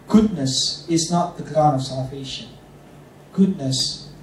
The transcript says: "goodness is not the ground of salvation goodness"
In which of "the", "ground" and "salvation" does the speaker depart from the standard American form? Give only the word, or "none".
ground